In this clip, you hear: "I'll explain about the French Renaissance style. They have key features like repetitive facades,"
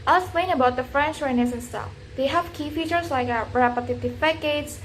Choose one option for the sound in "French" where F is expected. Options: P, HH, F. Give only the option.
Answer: F